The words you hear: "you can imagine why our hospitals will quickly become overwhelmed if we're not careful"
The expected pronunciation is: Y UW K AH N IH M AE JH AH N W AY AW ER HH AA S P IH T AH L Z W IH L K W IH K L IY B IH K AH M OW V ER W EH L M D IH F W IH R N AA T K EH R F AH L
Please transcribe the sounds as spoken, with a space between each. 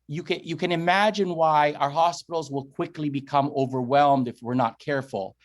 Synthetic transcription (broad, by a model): Y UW K AH N IH M AE JH AH N W AY AW ER HH AA S P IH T L Z W IH L K W IH K L IY B IH K AH M OW V ER W EH L M D IH F W IH R N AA T K EH R F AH L